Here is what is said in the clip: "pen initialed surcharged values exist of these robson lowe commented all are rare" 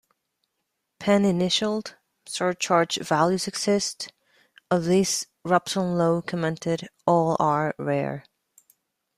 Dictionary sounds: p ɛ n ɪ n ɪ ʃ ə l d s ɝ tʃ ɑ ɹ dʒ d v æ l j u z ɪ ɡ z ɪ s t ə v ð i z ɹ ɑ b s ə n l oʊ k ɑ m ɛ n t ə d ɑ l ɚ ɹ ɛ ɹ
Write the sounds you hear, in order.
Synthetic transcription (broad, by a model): p ɛ n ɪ n ɪ ʃ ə l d s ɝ tʃ ɑ ɹ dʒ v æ l j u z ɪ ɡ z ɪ s t ə v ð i s ɹ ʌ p s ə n l oʊ k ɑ m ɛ n t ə d ɑ l ɚ ɹ ɛ ɹ